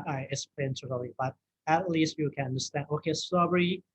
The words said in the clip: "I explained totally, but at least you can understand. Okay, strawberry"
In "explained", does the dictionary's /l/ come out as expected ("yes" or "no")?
no